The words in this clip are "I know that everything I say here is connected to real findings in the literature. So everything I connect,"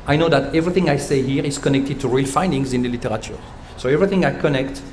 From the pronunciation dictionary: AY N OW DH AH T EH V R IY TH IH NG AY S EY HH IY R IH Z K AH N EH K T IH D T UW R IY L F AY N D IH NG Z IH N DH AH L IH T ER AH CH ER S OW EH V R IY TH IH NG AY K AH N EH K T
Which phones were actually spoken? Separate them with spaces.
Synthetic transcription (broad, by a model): AY N OW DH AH T EH V R IY TH IH NG AY S EY HH IY R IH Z K AH N EH K T IH D T UW R IY L F AY N D IH NG Z IH N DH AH L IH T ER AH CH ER S OW EH V R IY TH IH NG AY K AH N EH K T